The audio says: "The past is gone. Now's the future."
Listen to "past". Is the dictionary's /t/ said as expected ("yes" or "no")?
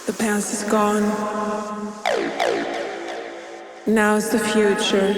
no